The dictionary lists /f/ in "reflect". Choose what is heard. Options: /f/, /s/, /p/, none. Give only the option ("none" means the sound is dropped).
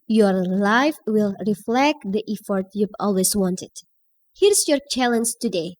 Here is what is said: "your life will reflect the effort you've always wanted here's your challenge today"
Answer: /f/